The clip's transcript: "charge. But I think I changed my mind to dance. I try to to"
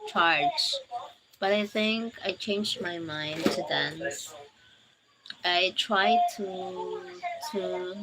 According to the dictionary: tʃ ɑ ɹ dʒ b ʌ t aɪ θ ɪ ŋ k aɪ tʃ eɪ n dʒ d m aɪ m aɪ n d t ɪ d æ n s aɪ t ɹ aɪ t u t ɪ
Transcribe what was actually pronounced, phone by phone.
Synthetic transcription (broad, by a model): tʃ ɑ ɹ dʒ b ʌ t aɪ θ ɪ ŋ k aɪ tʃ eɪ n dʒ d m aɪ m aɪ n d t ɪ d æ n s aɪ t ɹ aɪ t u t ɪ